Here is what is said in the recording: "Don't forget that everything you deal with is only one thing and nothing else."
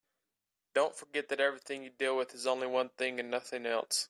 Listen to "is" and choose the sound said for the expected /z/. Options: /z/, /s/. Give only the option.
/z/